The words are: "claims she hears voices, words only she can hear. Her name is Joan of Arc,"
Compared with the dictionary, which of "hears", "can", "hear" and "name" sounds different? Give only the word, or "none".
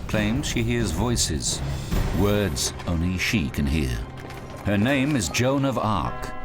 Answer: none